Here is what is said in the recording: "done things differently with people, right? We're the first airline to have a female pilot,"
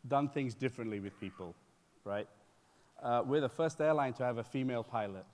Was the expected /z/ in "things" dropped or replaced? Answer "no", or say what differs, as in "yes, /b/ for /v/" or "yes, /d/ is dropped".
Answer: no